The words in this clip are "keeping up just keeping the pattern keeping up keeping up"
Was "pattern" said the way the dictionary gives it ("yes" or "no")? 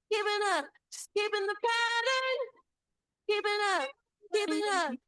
yes